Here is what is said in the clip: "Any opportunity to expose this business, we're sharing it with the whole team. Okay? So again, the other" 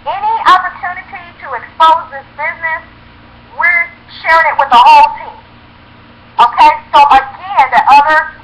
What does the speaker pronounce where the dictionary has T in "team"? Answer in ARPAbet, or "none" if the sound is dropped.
T